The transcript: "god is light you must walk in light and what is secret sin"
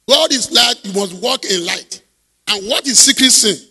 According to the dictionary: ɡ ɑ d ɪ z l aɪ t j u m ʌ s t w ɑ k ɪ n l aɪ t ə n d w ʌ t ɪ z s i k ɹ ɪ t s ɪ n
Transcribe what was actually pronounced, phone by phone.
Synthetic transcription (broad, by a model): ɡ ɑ d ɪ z l aɪ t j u m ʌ s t w ɑ k ɪ n l aɪ t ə n w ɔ t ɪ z s i k ɹ ɪ t s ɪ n